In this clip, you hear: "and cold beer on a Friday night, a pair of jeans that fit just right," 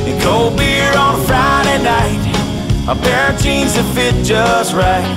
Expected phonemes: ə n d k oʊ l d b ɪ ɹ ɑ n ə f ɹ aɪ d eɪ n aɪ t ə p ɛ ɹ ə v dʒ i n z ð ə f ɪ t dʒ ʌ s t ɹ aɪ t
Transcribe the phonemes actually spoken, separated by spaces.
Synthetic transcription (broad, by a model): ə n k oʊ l b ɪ ɹ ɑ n f ɹ aɪ d eɪ n aɪ t ə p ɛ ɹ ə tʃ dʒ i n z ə f ɪ t dʒ ʌ s t ɹ aɪ t